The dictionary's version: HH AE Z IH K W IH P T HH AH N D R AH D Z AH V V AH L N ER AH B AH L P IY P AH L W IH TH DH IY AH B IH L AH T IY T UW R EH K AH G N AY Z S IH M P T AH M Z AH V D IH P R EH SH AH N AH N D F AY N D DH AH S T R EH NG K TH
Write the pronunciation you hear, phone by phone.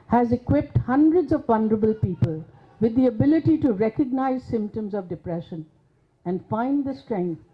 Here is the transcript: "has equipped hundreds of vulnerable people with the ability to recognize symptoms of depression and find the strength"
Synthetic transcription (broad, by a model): HH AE Z IH K W IH P T HH AH N D R AH D Z AH V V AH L N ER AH B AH L P IY P AH L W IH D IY AH B IH L AH T IY T UW R EH K AH G N AY Z S IH M P T AH M Z AH V D IH P R EH SH AH N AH N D F AY N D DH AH S T R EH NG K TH